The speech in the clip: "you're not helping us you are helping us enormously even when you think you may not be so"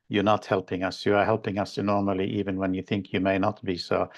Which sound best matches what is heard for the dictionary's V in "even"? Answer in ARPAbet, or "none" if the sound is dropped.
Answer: V